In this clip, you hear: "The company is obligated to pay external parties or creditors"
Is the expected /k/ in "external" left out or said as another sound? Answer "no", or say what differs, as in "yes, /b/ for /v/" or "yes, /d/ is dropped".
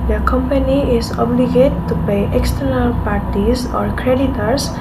no